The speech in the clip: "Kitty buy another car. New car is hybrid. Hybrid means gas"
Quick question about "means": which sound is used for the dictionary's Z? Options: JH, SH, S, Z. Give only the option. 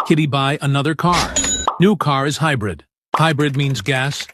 Z